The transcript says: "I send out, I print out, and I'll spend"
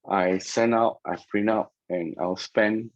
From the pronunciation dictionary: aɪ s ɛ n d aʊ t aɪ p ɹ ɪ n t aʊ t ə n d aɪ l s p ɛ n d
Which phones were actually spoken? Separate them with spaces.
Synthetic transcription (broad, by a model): aɪ s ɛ n aʊ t aɪ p ɹ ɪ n aʊ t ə n aɪ l s p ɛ n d